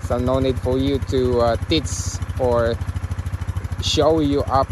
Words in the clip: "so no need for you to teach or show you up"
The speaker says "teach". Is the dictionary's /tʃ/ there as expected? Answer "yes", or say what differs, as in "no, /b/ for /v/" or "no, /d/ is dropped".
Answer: no, /s/ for /tʃ/